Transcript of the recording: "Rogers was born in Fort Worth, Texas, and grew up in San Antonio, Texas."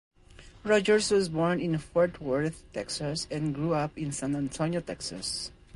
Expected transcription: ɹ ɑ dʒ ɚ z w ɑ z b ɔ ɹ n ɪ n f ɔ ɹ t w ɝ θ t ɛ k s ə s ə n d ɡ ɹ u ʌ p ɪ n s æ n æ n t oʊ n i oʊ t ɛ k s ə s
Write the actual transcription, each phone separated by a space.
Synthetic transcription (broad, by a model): ɹ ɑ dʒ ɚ s w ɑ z b ɔ ɹ n ɪ n f ɔ ɹ t w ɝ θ t ɛ k s ə s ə n ɡ ɹ u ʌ p ɪ n s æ n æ n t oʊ n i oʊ t ɛ k s ə s